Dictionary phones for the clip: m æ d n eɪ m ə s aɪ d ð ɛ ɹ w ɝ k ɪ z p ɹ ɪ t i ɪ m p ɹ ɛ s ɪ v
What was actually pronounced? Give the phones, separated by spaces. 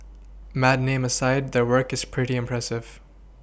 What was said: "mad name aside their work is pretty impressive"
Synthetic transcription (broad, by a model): m æ d n eɪ m ə s aɪ d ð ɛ ɹ w ɝ k ɪ z p ɹ ɪ t i ɪ m p ɹ ɛ s ɪ v